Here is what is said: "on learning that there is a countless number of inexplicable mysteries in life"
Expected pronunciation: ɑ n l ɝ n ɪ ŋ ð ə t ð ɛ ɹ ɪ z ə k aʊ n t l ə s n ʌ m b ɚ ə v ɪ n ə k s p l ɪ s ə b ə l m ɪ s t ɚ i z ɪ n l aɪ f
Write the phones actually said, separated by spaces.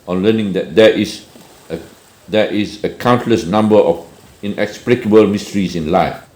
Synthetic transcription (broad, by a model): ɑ n l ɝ n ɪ ŋ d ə t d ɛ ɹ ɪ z ə k aʊ n t l ə s n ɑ m b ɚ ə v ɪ n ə k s p l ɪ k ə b ə l m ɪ s t ɚ i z ɪ n l aɪ f